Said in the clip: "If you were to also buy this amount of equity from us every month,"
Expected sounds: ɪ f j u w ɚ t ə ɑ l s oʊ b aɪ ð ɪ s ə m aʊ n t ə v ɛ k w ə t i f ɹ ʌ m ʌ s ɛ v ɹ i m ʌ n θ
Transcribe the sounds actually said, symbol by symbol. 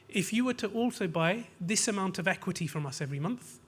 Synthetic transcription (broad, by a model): ɪ f j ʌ w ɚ t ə ɑ l s oʊ b aɪ ð ɪ s ə m aʊ n t ə v ɛ k w ə t i f ɹ ʌ m ʌ s ɛ v ɹ i m ʌ n θ